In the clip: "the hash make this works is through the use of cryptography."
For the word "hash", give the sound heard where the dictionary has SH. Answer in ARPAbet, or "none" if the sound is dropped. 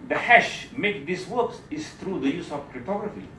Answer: SH